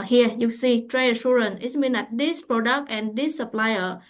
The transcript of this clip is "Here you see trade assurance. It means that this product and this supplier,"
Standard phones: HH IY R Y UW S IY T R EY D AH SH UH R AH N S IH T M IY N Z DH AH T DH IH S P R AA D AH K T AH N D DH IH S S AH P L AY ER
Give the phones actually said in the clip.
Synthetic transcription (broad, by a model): HH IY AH Y UW S IY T R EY AH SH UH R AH N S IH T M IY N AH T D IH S P R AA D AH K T AH N D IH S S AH P L AY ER